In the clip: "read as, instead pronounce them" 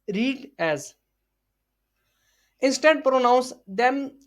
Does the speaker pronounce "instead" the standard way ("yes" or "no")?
yes